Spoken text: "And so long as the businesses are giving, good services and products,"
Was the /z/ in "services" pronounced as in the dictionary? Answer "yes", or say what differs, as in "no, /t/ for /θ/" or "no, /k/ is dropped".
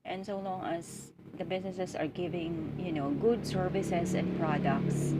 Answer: no, /s/ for /z/